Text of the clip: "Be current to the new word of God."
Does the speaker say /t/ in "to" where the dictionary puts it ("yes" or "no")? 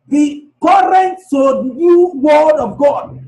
no